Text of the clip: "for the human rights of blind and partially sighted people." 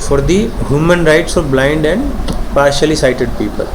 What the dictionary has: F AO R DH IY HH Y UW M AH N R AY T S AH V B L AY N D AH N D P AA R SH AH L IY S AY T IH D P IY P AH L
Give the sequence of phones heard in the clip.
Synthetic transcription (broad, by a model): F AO R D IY HH Y UW M AH N R AY T S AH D B L AY N D AH N D P AA R SH AH L IY S AY T IH D P IY P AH L